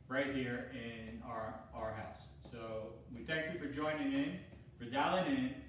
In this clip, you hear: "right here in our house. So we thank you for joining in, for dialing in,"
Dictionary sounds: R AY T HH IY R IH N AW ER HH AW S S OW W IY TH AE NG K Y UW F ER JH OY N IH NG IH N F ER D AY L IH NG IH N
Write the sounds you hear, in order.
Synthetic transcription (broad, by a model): R AY T HH IY R IH N AW ER HH AW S S OW W IY TH AE NG K Y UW F ER JH OY N IH NG IH N F ER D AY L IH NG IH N